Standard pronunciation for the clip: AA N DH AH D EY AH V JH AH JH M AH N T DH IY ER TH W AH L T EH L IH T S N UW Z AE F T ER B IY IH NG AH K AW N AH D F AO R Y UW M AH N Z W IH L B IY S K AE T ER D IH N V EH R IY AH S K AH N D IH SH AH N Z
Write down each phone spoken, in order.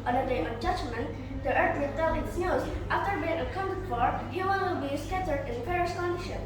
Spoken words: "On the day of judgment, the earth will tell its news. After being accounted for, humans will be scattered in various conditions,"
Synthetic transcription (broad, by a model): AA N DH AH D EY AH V JH AH JH M AH N T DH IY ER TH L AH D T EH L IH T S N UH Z AE F T ER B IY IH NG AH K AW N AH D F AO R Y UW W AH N W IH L B IY S K AE T ER D IH N F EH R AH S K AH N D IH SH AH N